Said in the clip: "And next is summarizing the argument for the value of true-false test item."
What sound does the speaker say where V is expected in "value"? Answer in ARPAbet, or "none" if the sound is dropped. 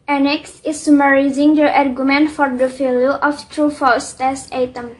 F